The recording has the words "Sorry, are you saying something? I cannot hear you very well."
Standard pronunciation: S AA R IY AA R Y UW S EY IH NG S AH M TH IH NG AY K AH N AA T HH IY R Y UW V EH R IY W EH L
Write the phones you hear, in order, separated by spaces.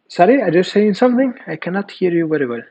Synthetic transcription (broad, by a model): S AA R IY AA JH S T S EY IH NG S AH M TH IH NG AY K AH N AA T HH IY R Y UW V EH R IY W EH L